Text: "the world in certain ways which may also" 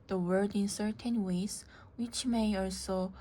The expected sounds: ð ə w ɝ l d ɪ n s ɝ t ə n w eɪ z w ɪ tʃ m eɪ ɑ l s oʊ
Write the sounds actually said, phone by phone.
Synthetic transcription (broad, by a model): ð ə w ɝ d ɪ n s ɝ t ə n w eɪ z w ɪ tʃ m eɪ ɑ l s oʊ